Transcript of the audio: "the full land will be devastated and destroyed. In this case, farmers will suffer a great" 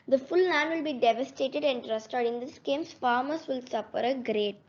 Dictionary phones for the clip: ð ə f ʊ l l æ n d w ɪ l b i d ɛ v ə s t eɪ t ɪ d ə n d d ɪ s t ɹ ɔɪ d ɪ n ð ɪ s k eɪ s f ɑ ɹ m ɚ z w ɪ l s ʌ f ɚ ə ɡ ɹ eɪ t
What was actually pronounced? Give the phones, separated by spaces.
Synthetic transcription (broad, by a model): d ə f ʊ l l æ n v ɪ l b i d ɛ v ə s t eɪ t ɪ d ə n d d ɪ s t ɔɪ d ɪ n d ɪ s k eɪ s f ɑ ɹ m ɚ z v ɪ l s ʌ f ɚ ə ɡ ɹ eɪ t